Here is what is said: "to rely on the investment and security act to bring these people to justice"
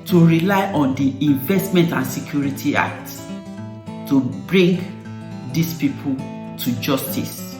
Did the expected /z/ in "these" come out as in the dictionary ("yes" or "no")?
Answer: no